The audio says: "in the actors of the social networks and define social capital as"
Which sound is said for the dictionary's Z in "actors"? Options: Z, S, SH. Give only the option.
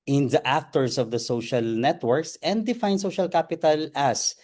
S